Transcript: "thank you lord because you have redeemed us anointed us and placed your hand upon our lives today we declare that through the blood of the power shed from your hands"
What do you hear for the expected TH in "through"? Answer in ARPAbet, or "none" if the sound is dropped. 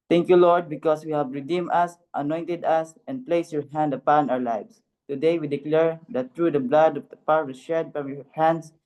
T